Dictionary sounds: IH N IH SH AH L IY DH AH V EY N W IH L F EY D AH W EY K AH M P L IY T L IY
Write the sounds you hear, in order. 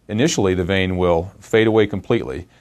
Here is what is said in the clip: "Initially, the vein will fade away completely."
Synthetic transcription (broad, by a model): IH N IH SH L IY DH AH V EY N W IH L F EY D AH W EY K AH M P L IY T L IY